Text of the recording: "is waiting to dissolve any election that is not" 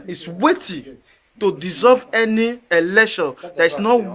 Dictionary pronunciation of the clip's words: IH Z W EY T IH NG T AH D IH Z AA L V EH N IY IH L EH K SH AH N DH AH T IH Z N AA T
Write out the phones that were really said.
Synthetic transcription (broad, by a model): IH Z W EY T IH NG T AH D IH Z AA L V EH N IY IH L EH SH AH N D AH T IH S N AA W